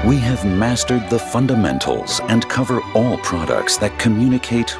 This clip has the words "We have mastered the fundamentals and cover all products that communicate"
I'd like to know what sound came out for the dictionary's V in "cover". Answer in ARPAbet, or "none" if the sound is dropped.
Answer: V